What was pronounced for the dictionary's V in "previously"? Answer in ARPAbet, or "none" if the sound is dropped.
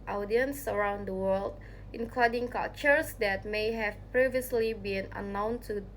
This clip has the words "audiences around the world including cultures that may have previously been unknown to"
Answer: V